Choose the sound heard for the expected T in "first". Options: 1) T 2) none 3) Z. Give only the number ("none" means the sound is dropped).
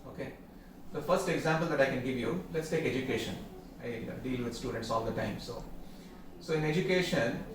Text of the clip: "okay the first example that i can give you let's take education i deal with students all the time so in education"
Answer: 1